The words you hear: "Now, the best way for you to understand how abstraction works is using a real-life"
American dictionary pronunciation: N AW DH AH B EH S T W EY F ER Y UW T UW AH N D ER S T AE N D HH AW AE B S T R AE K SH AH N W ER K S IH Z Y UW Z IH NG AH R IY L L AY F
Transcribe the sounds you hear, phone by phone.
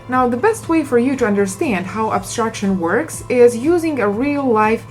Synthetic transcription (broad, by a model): N AW DH AH B EH S T W EY F ER Y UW T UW AH N D ER S T AE N D HH AW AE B S T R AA K SH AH N W ER K S IH Z Y UW Z IH NG AH R IY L L AY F